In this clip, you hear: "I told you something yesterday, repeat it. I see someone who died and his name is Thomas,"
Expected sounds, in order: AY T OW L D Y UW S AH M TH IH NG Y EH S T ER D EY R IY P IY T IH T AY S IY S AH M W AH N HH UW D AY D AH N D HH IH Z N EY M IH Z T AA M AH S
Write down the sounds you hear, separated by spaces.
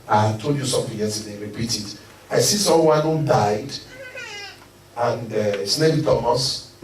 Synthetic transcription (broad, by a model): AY T OW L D Y UW S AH M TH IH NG Y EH S T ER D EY R IY P IY T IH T AY S IY S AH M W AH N HH UW D AY D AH N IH S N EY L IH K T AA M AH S